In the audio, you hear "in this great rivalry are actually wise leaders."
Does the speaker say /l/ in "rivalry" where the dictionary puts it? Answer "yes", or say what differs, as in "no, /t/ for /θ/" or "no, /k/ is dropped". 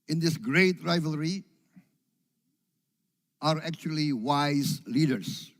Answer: yes